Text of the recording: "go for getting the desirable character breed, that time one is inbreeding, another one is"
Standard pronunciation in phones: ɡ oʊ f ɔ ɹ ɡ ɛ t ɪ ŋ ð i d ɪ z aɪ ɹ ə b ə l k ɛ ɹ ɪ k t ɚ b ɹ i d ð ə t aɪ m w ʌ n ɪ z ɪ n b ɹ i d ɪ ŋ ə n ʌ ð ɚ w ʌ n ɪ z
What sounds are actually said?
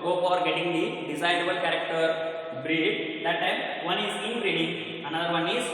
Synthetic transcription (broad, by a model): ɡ oʊ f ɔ ɹ ɡ ɛ t ɪ ŋ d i d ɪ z aɪ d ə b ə l k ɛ ɹ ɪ k t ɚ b ɹ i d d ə t aɪ m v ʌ n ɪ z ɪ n ɹ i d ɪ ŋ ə n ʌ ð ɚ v ʌ n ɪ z